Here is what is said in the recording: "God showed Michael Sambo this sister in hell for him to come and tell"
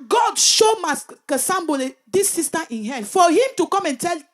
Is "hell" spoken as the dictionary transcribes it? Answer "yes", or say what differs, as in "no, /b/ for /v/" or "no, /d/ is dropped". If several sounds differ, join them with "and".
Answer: no, /n/ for /l/